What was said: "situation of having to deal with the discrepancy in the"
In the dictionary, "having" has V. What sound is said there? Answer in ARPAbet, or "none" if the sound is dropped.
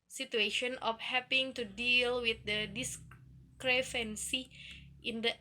P